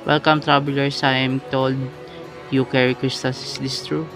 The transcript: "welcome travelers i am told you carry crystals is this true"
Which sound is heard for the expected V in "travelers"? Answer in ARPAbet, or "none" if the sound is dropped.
B